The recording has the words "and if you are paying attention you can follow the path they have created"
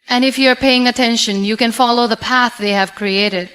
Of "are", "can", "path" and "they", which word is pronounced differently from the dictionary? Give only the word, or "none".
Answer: none